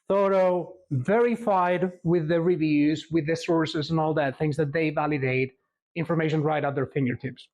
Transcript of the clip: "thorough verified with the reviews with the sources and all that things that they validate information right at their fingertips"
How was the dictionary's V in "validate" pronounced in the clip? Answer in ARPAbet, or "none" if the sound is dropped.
V